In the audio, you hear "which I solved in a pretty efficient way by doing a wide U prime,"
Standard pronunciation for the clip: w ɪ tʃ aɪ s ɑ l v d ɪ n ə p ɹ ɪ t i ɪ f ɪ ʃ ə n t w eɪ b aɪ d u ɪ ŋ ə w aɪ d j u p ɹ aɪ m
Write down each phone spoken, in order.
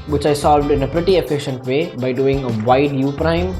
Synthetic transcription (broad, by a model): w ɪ tʃ aɪ s ɑ l v d ɪ n ə p ɹ ɪ t i ɪ f ɪ ʃ ə n t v eɪ b aɪ d u ɪ ŋ ə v aɪ d j u p ɹ aɪ m